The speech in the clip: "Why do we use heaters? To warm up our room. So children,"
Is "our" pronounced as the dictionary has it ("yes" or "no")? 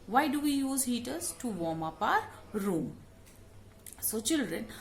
yes